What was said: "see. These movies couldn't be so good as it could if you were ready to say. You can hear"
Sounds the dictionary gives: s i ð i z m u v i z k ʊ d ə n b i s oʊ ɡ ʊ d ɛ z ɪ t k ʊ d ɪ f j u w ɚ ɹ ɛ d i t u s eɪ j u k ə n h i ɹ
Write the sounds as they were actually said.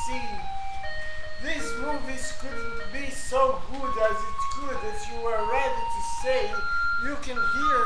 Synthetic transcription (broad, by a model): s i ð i s m u v i z k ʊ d b i s oʊ ɡ ʊ d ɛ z ɪ t k ʊ d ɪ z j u w ɚ ɹ ɛ d i t u s eɪ j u k ə n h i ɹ